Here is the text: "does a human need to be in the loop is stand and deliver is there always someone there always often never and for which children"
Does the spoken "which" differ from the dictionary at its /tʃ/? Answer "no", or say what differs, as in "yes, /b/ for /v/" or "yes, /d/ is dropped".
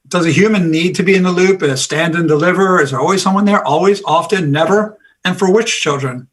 no